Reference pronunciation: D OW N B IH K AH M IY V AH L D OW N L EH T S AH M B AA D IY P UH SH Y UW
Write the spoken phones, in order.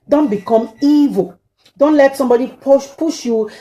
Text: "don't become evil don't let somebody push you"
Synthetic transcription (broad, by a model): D OW N B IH K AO M IY V AH L D OW N L EH T S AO M B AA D IY P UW SH Y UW